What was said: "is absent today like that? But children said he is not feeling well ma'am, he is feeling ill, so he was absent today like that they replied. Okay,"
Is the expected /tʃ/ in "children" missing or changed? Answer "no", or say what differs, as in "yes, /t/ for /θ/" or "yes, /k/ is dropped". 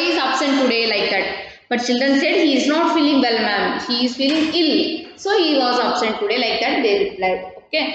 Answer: no